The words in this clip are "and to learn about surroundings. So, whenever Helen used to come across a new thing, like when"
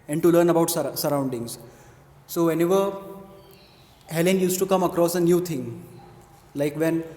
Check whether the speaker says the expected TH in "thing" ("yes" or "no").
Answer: no